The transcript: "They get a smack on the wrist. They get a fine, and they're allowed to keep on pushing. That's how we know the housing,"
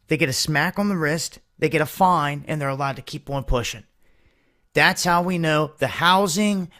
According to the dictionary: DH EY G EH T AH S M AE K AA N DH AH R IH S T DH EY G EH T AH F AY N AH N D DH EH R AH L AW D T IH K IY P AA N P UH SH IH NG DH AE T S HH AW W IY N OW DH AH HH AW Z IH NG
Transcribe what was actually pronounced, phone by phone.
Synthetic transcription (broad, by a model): DH EY G EH T AH S M AE K N DH AH R IH S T DH EY G EH T AH F AY N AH N DH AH R AH L AW D T IH K IY P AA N P UH SH IH NG DH AE T S HH AW W IY N OW DH AH HH AW Z IH NG